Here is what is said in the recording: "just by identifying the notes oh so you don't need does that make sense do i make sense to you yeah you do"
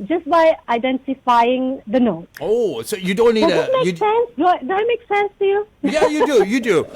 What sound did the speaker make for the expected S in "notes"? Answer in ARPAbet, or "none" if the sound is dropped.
none